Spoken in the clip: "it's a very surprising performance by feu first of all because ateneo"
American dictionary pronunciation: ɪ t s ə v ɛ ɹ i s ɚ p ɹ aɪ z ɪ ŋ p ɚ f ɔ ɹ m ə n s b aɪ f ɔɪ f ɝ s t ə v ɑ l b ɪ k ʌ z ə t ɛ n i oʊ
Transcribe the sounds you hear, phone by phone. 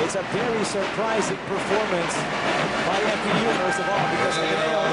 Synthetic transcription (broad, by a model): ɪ t s ə v ɛ ɹ i s ɚ p ɹ aɪ z ɪ ŋ p ɚ f ɔ ɹ m ə n s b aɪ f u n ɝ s ə v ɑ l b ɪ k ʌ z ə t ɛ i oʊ